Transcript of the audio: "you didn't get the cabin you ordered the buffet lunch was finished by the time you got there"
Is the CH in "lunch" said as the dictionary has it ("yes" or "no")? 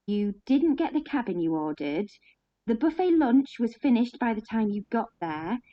yes